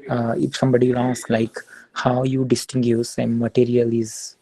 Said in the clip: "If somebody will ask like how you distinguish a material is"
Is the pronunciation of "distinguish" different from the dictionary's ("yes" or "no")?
yes